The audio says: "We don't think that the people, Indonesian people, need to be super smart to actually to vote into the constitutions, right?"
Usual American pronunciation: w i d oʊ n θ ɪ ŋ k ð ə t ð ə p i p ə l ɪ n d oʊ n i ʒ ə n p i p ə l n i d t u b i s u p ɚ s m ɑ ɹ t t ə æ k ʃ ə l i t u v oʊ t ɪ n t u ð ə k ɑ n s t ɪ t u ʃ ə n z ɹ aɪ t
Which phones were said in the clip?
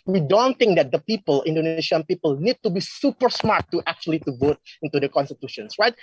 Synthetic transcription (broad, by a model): w i d oʊ n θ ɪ ŋ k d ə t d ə p i p ə l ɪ n d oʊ n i s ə n p i p ə l n i d t u b i s u p ɚ s m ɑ ɹ t t ə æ k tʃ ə l i t u v oʊ t ɪ n t u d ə k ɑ n s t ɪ t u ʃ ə n s ɹ aɪ t